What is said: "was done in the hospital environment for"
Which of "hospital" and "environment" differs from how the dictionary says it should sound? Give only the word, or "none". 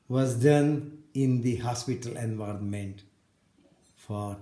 none